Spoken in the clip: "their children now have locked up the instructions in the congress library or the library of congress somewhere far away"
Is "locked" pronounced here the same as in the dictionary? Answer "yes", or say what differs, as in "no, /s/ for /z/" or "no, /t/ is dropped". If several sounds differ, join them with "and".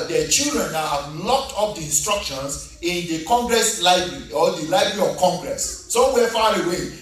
yes